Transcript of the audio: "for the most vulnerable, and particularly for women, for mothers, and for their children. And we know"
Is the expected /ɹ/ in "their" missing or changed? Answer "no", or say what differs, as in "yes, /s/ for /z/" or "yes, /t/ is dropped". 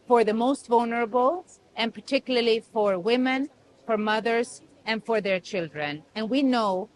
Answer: no